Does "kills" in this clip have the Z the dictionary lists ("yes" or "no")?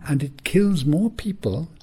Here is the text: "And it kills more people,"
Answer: yes